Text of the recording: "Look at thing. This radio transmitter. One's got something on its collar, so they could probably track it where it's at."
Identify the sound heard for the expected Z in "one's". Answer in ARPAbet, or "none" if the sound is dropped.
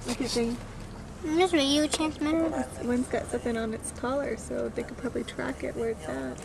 S